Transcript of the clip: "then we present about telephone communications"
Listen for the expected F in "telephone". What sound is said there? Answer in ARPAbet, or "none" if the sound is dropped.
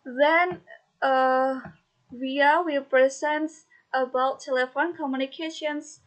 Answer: F